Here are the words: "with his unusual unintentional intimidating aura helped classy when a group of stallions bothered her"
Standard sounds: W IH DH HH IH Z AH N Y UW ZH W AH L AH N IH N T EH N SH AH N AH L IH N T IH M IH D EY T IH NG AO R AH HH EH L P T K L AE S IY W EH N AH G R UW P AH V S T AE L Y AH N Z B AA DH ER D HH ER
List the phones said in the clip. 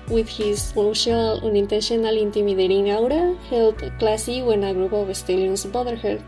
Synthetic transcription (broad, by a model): W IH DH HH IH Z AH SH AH L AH N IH N T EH N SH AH N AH L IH N T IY M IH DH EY T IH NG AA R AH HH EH L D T K L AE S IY W EH N AH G R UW P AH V S T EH L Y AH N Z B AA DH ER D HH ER